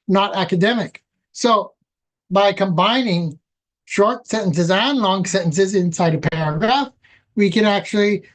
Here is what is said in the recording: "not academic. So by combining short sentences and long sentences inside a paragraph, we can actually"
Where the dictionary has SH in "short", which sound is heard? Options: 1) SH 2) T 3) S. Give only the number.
1